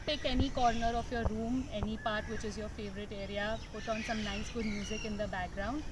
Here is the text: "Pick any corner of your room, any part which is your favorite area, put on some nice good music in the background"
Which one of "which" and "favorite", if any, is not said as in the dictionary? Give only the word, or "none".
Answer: none